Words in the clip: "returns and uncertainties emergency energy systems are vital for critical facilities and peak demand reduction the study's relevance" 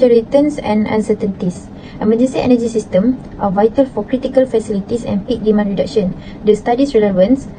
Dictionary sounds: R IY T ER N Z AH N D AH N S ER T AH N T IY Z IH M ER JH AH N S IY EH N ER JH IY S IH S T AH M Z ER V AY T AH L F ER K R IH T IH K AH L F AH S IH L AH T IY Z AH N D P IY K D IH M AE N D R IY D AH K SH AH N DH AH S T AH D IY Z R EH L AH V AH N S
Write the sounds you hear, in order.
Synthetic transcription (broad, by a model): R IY T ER N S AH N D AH N S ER T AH N T IY S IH M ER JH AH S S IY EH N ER JH IY S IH S T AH M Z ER V AY T AH L F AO K R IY T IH K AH L F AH S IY L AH T IY S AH N P IY K D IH M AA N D R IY D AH K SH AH N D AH S T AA D IY S R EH L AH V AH N S